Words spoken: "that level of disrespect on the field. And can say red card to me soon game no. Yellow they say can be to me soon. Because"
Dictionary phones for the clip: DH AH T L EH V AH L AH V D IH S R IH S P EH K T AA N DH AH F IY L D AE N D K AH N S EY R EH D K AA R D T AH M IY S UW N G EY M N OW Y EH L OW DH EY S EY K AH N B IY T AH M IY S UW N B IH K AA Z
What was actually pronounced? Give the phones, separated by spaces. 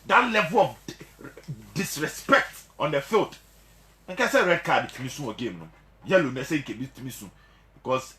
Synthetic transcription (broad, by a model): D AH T L EH V AH L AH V D IH S R IH S P EH K T AA N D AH F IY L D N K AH S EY R EH D K AA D T AH M IY S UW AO G EY M N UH Y EH L OW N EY S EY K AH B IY T AH M IY S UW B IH K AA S